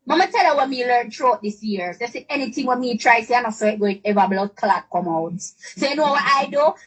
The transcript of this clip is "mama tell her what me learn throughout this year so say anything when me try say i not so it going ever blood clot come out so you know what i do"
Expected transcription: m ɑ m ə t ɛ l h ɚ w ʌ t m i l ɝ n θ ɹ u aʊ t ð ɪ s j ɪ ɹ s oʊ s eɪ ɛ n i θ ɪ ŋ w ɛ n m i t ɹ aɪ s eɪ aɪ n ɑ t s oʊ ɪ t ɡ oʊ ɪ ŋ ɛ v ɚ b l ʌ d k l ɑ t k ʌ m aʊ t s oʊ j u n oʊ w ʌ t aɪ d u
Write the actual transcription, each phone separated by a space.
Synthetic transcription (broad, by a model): m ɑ m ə t ɛ l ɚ w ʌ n m i l ɝ n t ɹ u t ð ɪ s j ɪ ɹ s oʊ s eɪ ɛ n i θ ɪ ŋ w ɛ n m i t ɹ aɪ s eɪ aɪ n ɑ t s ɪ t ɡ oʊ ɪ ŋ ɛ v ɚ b l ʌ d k l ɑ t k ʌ m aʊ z s oʊ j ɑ n oʊ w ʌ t aɪ d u